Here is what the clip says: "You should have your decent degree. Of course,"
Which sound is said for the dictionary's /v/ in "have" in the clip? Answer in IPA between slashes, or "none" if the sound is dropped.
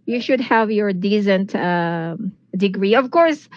/v/